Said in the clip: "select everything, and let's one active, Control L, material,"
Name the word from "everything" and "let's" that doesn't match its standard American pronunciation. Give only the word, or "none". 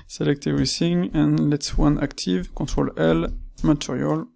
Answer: everything